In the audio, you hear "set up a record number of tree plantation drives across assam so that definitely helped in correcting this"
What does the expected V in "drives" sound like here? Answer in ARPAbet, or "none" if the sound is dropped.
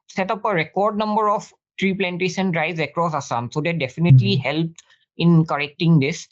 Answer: none